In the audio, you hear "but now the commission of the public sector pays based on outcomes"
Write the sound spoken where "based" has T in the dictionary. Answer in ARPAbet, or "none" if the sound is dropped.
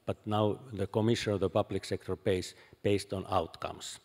T